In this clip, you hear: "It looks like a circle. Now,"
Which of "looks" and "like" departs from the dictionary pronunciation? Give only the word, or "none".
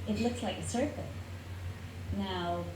none